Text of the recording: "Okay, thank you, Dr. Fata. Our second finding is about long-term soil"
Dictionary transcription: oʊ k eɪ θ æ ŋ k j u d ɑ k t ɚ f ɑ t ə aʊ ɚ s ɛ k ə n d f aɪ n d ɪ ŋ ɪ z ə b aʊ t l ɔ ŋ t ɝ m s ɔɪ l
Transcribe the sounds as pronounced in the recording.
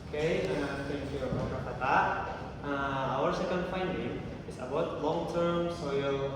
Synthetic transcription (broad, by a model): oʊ k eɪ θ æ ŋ k j u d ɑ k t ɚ p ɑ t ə aʊ ɚ s ɛ k ə n d f aɪ n d ɪ ŋ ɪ s ə b aʊ t l ɔ ŋ t ɝ m s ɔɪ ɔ